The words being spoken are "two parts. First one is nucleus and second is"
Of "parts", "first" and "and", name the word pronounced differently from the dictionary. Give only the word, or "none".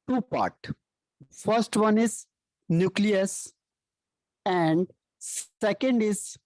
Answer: parts